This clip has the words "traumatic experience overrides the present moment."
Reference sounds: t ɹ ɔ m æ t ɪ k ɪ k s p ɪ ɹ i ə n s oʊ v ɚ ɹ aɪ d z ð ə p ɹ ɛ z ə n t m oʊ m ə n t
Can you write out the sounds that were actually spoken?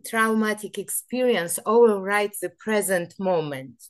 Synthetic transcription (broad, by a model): t ɹ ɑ m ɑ t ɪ k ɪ k s p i ɹ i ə n s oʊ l ɹ aɪ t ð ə p ɹ ɛ z ə n t m oʊ m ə n t